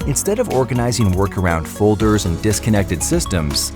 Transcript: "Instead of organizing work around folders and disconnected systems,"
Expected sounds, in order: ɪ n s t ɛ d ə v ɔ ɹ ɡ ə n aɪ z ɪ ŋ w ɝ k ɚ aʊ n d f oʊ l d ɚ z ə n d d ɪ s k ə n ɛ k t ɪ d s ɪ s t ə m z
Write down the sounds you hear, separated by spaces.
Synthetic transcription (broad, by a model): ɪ n s t ɛ d ə v ɔ ɹ ɡ ə n aɪ z ɪ ŋ w ɝ k ɚ aʊ n d f oʊ l d ɚ z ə n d d ɪ s k ə n ɛ k t ɪ d s ɪ s t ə m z